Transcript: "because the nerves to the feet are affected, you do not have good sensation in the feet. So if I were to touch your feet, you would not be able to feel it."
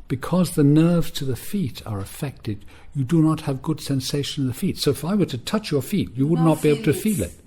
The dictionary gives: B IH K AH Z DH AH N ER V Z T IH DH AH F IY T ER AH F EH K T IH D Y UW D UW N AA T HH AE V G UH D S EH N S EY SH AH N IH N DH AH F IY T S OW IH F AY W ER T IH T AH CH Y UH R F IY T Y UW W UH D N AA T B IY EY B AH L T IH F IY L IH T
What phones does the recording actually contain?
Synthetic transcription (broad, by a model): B IH K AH Z DH AH N ER V Z T IH DH AH F IY T ER AH F EH K T IH D Y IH D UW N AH T HH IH V G UH D S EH N S EY AH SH IH N DH AH F IY T S OW IH F AY W ER T IH T AH CH Y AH R F IY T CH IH W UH D N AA T B IY EY B L T IH F IY L IH T